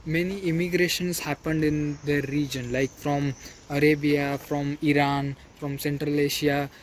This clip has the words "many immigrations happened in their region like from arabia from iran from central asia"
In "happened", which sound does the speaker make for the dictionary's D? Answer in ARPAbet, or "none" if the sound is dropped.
D